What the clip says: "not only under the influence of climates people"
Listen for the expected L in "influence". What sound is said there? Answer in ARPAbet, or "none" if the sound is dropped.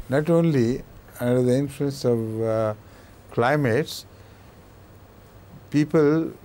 L